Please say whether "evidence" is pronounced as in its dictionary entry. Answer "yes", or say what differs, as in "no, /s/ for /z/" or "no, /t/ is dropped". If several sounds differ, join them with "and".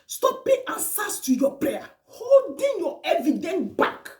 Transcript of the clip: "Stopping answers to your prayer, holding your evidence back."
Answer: no, /s/ is dropped